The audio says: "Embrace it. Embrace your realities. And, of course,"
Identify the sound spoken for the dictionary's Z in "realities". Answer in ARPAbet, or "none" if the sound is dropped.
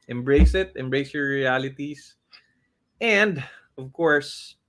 S